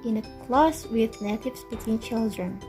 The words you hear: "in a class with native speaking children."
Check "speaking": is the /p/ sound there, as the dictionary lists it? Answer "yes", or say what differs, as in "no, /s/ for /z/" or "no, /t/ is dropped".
no, /b/ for /p/